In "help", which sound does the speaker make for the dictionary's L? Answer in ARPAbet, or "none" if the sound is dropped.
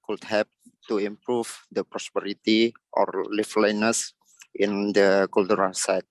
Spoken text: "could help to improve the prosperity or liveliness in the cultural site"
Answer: none